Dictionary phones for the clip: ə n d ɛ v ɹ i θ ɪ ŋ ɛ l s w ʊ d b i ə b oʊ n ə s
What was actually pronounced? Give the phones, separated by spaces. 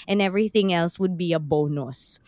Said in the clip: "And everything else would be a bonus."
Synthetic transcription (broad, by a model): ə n ɛ v ɹ i θ ɪ ŋ ɛ l s w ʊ d b i ə b oʊ n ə s